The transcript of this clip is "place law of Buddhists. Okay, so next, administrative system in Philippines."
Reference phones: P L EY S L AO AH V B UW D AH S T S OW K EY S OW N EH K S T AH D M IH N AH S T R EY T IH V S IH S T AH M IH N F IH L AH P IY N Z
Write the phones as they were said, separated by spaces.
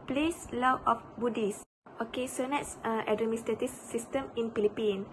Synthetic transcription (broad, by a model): P L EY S L AO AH F B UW D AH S S OW K EY S OW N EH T S T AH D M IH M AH S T EY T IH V S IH S T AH M IH N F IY L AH P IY N